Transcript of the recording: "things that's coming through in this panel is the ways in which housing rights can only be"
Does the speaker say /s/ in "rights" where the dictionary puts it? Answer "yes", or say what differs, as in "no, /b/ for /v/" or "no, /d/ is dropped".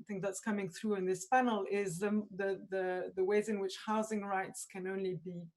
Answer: yes